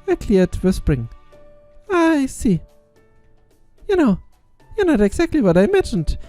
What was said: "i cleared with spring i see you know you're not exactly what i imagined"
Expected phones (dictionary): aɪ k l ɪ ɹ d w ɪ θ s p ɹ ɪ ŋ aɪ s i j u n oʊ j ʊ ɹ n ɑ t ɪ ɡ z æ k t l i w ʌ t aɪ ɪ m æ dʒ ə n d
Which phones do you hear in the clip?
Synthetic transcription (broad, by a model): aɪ k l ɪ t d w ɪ s p ɹ ɪ ŋ aɪ s i j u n oʊ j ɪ n ɑ t ɪ ɡ z æ k t l i w ʌ t aɪ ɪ m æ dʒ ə n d